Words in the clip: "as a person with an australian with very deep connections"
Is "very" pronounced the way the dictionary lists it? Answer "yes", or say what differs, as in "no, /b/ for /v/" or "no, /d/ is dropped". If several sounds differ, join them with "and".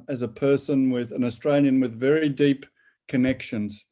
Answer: yes